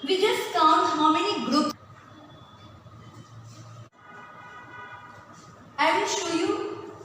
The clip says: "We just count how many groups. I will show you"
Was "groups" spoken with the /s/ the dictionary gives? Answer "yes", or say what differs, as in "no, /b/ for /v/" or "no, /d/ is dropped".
no, /s/ is dropped